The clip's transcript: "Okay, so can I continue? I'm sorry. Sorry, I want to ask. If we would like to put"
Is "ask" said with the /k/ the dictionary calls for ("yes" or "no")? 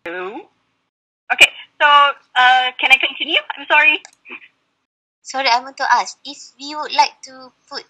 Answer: no